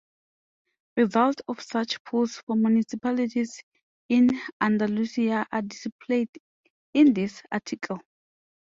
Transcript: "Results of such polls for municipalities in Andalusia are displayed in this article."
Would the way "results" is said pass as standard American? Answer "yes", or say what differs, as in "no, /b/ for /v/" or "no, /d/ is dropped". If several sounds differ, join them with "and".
no, /s/ is dropped